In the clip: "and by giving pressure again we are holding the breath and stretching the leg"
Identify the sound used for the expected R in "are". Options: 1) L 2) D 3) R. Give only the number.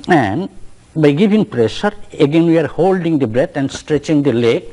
3